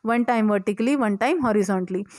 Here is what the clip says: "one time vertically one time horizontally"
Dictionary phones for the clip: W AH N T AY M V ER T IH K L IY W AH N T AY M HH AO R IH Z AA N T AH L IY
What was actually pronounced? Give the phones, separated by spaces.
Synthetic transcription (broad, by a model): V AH N T AY M V ER T IH K L IY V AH N T AY M HH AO R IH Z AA N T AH L IY